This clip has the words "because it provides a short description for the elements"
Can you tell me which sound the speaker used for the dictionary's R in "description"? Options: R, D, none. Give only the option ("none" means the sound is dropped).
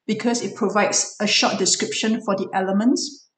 R